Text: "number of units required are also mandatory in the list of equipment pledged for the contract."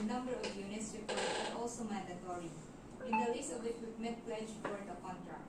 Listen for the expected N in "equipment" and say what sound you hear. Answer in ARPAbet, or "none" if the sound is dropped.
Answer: none